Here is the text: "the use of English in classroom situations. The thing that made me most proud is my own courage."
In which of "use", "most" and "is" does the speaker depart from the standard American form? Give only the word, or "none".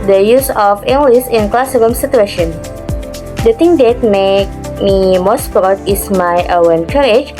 is